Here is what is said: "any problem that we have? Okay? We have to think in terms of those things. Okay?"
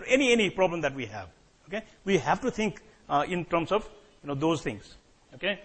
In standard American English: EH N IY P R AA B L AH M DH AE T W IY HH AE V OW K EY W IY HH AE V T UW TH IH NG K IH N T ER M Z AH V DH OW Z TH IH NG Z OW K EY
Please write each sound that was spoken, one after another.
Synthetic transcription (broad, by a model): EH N IY P R AA B L AH M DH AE T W IY HH AE V OW K EY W IY HH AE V T UW T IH NG K IH N T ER M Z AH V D OW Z T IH NG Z OW K EY